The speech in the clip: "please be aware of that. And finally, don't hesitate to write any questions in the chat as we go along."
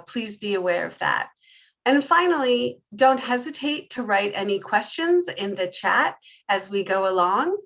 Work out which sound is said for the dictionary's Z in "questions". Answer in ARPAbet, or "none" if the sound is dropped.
Z